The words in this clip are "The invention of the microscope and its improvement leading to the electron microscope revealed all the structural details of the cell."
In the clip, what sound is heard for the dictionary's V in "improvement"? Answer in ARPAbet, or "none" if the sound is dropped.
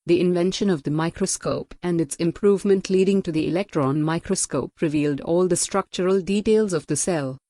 V